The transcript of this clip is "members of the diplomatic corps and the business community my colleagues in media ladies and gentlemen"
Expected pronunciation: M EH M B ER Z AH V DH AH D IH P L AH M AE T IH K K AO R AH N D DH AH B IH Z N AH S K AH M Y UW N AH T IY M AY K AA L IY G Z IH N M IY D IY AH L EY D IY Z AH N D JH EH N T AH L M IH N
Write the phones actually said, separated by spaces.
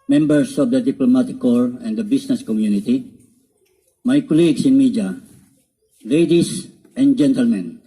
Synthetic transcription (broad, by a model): M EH M B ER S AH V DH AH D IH P L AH M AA T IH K K AO R AH N D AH B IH S N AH S K AH M Y UW N AH T IY M AY K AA L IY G S IH N M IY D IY L EY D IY S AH N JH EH N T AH L M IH N